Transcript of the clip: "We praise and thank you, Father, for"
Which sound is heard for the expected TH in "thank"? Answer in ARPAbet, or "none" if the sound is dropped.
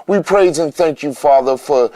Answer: TH